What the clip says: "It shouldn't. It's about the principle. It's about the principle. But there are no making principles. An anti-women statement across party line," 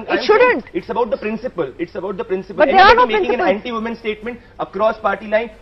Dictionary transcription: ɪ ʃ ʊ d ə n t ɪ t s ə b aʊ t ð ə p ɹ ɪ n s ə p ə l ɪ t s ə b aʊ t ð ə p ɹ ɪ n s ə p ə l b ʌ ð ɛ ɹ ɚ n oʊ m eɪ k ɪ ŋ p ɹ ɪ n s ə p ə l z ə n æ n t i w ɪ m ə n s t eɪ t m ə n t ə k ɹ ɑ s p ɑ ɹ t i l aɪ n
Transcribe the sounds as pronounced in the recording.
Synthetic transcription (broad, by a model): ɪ ʃ ʊ d ə n t ɪ t s ə b aʊ t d ə p ɹ ɪ n s ə p ə l ɪ t s ə b aʊ t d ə p ɹ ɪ n s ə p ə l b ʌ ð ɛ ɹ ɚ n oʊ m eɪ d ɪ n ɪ s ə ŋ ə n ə l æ n t i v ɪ m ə n s t eɪ t m ə n t ə k ɹ ɑ s p ɑ ɹ t i l aɪ n